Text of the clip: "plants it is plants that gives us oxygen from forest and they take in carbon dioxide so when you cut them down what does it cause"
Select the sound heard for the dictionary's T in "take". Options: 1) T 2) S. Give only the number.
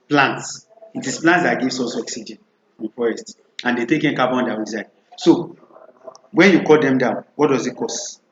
1